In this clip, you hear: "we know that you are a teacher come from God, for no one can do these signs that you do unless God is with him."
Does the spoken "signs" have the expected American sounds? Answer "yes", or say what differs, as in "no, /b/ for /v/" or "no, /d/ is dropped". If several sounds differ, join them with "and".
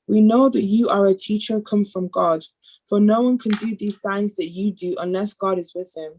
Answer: yes